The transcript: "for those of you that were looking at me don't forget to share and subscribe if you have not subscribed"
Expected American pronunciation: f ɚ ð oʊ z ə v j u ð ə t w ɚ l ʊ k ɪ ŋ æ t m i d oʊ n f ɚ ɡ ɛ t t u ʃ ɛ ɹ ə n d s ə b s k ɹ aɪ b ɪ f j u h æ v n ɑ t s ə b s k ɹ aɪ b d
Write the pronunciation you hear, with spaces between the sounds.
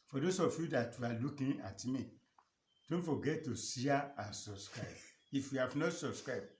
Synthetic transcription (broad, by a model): f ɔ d oʊ s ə f j u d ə t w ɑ l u k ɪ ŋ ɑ t m i d oʊ n f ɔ ɡ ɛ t t u s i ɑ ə n s ə b s k ɹ aɪ b ɪ f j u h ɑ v n ɑ t s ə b s k ɹ aɪ b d